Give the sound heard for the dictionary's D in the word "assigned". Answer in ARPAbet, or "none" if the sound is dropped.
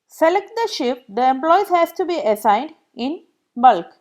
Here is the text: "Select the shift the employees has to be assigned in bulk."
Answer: D